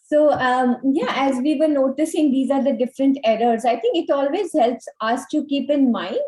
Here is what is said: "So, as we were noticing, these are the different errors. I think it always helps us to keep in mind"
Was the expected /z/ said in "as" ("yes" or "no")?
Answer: yes